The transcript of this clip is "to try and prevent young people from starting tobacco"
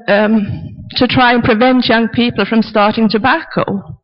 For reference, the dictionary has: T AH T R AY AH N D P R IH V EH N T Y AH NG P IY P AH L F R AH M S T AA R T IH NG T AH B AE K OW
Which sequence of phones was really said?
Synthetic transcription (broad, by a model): T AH T R AY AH N P R IH V EH N T Y AH NG P IY P AH L F R AH M S T AA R T IH NG T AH B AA K OW